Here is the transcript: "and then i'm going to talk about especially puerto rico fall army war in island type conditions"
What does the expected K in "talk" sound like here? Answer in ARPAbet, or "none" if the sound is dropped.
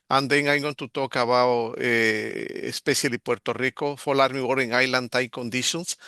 K